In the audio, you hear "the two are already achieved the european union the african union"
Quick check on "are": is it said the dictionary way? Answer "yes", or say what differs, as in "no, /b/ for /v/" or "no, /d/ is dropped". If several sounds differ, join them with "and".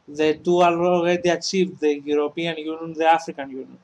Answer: no, /l/ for /ɹ/